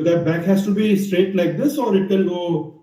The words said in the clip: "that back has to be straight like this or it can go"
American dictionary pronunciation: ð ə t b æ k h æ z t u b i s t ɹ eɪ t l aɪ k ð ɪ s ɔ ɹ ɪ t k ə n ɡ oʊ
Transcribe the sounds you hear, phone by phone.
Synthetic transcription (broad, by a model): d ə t b æ k h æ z t u b i s t ɹ eɪ t l aɪ k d ɪ s ɔ ɹ ɪ t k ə l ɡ oʊ